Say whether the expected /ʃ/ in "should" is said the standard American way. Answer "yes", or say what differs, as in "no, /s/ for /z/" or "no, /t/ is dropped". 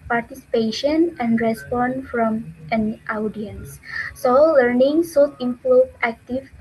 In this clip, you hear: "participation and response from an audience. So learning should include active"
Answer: no, /s/ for /ʃ/